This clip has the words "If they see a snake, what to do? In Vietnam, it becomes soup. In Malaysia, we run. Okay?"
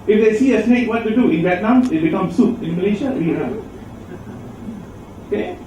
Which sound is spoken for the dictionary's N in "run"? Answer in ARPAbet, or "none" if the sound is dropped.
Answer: none